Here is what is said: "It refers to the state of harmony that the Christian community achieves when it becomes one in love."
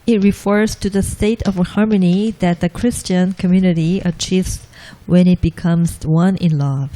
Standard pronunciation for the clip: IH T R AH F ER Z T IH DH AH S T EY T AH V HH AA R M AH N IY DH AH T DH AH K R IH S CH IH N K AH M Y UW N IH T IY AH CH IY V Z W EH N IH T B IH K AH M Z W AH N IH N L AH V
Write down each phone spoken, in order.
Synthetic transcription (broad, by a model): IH T R AH F ER Z T IH DH AH S T EY T AH V HH AA R M AH N IY DH AH T DH AH K R IH S CH IH N K AH M Y UW N IH T IY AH CH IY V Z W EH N IH T B IH K AH M Z W AH N IH N L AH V